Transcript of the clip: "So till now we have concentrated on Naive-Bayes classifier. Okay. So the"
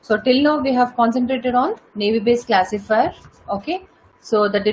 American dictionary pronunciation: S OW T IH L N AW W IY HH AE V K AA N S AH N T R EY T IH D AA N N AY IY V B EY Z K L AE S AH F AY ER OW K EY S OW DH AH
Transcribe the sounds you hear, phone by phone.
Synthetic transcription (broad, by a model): S OW T IH L N AW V IY HH AE V K AA N S AH N T R EY T IH D AA N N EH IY B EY S K L AE S AH F AY ER OW K EY S OW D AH